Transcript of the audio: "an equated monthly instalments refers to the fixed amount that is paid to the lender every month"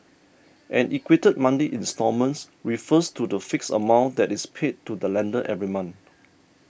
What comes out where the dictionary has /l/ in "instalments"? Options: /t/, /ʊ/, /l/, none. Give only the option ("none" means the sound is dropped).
none